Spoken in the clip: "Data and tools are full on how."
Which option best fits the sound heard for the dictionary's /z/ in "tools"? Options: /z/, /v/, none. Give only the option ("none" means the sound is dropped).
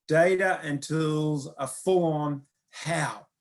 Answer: /z/